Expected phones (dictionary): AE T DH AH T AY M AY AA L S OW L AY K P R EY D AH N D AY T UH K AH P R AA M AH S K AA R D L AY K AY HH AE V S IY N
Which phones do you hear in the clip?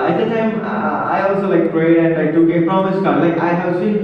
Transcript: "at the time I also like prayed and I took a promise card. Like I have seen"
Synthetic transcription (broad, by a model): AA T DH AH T AY M AY AA L S OW L AY K P R EY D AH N AY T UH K AH F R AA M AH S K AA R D L AY K AY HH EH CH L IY